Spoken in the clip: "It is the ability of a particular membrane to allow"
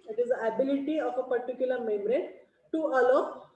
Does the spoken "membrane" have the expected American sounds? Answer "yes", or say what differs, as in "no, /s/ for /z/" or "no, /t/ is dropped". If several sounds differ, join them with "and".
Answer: no, /b/ is dropped